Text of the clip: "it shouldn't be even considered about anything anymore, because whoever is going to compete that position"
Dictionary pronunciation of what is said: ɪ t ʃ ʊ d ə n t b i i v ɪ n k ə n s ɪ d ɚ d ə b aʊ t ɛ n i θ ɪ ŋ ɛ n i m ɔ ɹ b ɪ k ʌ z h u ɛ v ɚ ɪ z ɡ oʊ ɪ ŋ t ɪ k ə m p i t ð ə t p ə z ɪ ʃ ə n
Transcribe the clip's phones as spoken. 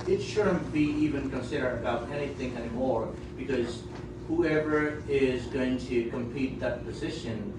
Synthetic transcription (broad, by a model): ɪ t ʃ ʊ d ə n b i i v ɪ n k ə n s ɪ d ɚ d ə b aʊ t ɛ n i θ ɪ ŋ ɛ n i m ɔ ɹ b ɪ k ʌ z h u ɛ v ɚ ɪ z ɡ oʊ ɪ ŋ t ɪ k ə m p i t ð ə t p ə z ɪ ʃ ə n